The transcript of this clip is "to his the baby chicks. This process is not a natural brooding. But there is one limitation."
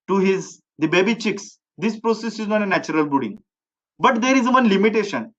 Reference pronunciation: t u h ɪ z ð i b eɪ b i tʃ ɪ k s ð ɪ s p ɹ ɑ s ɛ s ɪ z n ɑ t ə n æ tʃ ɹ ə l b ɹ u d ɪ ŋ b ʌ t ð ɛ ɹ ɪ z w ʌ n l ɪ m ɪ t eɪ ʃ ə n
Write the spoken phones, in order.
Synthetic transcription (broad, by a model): t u h ɪ z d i b eɪ b i tʃ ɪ k s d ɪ s p ɹ ɑ s ɛ s ɪ z n ɑ t ə n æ tʃ ɹ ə l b u d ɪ ŋ b ʌ t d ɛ ɹ ɪ z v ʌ n l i m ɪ t eɪ ʃ ə n